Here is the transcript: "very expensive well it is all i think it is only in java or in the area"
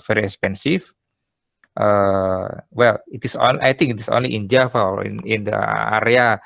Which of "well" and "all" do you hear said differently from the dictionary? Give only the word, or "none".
all